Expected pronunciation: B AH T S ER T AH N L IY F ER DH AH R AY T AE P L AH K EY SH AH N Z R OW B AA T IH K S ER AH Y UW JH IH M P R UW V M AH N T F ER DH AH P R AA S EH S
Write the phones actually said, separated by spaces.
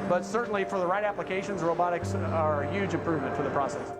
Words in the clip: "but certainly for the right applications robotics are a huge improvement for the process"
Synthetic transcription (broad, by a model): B AH T S ER T N L IY F ER DH AH R AY T AE P L AH K EY SH AH N Z R OW B AA T IH K S ER Y UW JH IH M P R UW V M AH N T F ER DH AH P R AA S EH S